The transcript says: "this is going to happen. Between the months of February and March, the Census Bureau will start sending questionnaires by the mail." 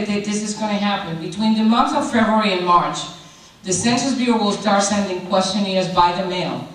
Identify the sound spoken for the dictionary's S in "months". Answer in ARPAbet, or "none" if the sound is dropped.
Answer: none